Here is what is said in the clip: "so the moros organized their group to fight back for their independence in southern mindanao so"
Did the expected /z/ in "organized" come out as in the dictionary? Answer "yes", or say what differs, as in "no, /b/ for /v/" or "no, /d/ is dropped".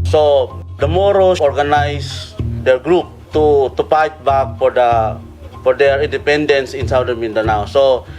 no, /s/ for /z/